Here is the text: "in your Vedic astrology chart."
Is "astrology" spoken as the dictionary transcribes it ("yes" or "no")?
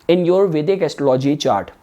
no